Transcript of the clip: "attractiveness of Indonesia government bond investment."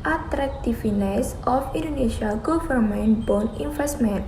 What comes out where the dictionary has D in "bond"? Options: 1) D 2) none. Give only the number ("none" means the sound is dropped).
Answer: 2